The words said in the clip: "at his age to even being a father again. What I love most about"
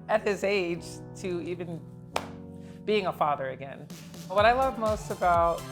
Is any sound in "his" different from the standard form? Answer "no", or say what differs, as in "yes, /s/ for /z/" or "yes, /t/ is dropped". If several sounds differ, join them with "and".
no